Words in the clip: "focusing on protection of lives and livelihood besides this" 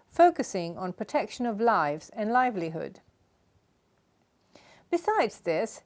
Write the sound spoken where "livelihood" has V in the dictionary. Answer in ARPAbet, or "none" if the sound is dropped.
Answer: V